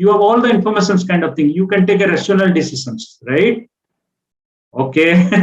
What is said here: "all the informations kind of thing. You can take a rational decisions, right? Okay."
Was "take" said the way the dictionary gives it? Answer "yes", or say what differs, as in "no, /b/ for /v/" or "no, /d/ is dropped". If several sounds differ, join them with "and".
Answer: yes